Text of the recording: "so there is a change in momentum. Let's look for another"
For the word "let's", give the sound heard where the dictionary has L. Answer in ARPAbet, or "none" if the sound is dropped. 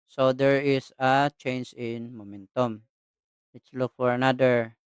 W